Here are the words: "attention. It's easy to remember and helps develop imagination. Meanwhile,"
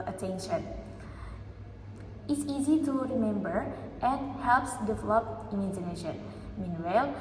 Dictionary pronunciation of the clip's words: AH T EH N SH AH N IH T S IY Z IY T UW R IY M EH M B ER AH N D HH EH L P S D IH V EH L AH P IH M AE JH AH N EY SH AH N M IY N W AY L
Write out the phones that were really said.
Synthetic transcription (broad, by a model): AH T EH N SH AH N IH T S IY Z IY T UW R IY M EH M B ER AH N HH EH L P S D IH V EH L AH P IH M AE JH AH N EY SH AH N M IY N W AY L